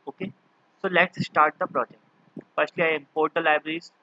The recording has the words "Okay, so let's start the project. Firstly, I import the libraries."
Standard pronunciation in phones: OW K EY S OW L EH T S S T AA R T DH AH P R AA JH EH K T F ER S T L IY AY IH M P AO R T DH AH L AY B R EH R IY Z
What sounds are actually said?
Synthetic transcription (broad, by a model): OW K EY S OW L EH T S S T AA R T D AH P R AA JH EH K T P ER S L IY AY IH M P AO R T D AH L AY B R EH R IY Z